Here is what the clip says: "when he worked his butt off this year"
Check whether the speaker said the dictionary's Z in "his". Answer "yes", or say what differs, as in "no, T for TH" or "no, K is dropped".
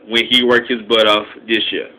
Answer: yes